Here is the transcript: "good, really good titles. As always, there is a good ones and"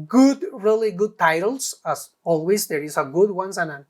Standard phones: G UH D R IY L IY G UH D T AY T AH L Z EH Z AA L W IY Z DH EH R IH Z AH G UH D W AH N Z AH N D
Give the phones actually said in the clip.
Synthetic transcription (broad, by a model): G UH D R IY L IY G UH D T AY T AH L S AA S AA L W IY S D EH R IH S AH G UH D W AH N S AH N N